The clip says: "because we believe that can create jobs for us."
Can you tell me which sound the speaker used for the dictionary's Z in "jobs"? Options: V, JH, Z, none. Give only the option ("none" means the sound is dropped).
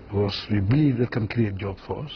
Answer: none